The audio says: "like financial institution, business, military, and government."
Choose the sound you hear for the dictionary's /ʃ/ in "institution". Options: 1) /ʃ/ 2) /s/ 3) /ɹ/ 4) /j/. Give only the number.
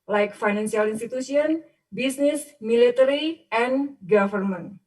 2